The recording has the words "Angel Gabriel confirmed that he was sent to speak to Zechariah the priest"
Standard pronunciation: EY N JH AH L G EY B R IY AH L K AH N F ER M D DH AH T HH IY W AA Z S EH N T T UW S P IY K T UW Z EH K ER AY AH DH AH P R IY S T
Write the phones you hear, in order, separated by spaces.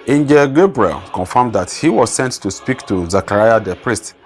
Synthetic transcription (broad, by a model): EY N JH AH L G EY B R IY AH L K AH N F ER M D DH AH T HH IY W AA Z S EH N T T UW S P IY K T UW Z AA K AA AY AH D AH P R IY S T